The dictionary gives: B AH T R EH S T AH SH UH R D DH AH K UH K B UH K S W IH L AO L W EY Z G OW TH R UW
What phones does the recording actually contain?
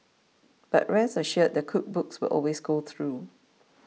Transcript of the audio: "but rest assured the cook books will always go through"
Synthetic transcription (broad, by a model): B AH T R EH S AH SH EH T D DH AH K UH K B UH K S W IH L AO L W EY S G OW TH R UW